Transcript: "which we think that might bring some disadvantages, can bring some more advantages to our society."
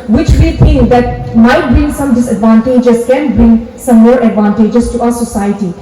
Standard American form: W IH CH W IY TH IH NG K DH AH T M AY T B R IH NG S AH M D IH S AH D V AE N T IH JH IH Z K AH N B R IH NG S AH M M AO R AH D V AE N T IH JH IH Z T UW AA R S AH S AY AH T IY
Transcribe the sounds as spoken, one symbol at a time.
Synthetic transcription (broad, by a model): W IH CH W IY T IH NG K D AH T M AY T B R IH NG S AH M D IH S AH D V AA N T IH JH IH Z K AH N B R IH NG S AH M M AO R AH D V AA N T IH JH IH S T UW AA R S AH S AY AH T IY